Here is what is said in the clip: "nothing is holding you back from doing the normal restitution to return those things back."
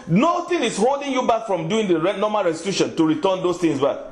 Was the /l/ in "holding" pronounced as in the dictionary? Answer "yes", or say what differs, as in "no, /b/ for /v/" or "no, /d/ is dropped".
yes